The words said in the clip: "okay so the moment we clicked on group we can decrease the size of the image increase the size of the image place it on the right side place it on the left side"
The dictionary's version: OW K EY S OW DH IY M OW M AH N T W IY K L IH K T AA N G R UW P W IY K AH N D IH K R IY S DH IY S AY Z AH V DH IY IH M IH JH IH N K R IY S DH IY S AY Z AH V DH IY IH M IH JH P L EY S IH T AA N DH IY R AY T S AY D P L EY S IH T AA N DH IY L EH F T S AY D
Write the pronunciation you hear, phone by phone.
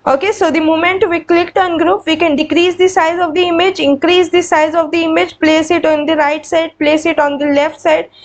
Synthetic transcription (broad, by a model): OW K EY S OW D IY M OW M AH N T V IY K L IH K T AA N G R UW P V IY K AH N D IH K R IY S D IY S AY Z AH V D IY IH M IH JH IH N K R IY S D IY S AY Z AH V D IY IH M IH JH P L EY S IH T AA N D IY R AY T S AY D P L EY S IH T AA N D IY L EH F T S AY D